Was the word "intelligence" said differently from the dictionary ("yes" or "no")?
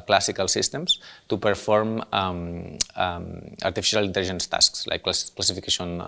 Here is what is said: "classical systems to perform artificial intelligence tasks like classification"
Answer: yes